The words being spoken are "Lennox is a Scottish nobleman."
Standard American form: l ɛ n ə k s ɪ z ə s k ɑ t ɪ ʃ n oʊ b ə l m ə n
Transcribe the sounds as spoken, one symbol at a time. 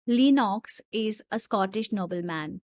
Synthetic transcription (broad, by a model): l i n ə k s ɪ z ə s k ɑ t ɪ ʃ n oʊ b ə l m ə n